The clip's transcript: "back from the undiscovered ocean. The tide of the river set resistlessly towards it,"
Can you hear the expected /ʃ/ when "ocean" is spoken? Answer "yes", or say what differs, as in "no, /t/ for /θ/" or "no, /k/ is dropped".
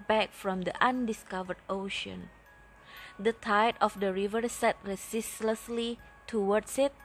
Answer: yes